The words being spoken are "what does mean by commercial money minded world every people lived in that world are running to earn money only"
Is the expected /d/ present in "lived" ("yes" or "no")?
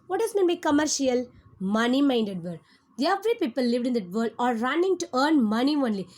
yes